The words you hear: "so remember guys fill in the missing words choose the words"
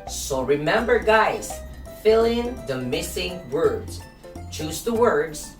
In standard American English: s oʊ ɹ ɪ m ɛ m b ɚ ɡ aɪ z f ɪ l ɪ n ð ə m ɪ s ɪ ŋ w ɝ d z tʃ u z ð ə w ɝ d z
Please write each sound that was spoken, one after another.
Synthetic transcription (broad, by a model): s oʊ ɹ ɪ m ɛ m b ɚ ɡ aɪ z f ɪ l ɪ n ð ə m ɪ s ɪ ŋ w ɝ d z tʃ u z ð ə w ɝ d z